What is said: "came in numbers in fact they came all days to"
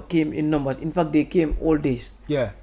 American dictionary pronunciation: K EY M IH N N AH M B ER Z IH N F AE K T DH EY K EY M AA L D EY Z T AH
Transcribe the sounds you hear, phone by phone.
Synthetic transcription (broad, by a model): K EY M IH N N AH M B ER S IH N F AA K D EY K EY M AA L D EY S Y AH